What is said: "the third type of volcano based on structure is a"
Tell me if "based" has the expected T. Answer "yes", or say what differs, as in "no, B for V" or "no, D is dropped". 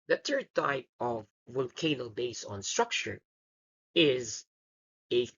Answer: no, T is dropped